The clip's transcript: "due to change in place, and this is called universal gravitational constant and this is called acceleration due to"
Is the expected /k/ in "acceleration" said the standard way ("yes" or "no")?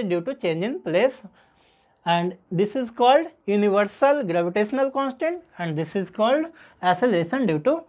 no